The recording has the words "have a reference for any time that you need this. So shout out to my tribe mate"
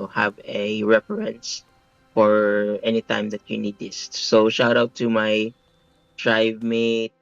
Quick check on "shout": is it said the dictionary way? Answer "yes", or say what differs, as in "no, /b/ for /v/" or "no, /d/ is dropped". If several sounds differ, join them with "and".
yes